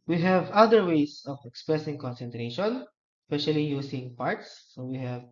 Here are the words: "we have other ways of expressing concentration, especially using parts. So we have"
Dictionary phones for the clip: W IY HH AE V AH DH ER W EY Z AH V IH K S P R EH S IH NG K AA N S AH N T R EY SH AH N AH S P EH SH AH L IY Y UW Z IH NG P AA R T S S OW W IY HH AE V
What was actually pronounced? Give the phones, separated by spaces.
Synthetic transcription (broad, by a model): W IY HH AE V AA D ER W EY S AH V IH K S P R EH S IH NG K AA N S AH N T R EY SH AH N S P EH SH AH L IY Y UW S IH NG P AA R T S S OW W IY HH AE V